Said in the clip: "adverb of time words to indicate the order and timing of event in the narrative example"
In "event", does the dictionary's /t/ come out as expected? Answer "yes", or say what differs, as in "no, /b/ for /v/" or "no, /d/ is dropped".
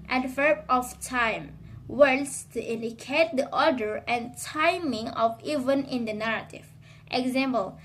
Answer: no, /t/ is dropped